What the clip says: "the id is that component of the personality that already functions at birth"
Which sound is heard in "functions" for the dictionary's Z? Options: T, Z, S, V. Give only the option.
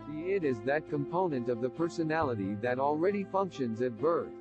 Z